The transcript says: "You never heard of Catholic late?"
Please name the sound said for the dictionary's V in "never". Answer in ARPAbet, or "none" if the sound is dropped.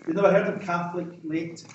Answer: none